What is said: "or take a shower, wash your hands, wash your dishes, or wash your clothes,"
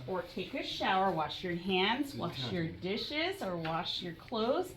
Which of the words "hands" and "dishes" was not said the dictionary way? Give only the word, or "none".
none